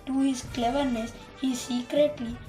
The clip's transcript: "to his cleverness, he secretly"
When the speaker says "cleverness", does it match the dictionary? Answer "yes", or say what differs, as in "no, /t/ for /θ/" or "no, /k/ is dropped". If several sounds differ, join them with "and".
yes